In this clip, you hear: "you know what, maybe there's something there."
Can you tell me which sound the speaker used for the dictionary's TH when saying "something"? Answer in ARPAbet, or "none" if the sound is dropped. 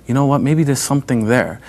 TH